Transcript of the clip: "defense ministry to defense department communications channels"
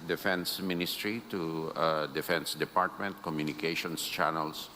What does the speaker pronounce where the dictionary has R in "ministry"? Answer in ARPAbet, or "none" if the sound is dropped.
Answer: R